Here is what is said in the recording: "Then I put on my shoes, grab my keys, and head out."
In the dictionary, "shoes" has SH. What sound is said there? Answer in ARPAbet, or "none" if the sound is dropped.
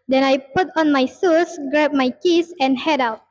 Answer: S